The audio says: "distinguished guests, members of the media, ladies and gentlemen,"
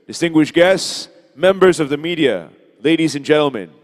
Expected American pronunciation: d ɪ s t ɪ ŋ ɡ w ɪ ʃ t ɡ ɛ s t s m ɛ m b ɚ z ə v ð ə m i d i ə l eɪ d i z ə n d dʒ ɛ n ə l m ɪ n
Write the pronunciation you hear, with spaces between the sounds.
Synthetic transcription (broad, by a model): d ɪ s t ɪ ŋ ɡ w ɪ ʃ ɡ ɛ s t s m ɛ m b ɚ z ə v ð ə m i d i ə l eɪ d i z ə n dʒ ɛ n l m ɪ n